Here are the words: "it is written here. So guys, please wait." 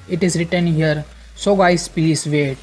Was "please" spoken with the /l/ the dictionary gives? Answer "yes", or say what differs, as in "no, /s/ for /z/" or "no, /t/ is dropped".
no, /l/ is dropped